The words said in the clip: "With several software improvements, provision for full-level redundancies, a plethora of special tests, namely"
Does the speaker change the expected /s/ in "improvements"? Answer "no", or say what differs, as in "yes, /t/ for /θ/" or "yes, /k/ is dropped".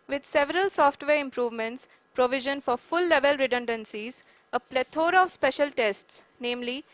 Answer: no